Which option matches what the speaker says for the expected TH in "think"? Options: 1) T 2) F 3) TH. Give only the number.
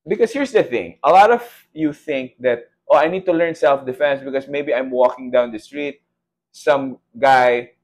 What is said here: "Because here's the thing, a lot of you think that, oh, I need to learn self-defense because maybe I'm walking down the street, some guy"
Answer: 3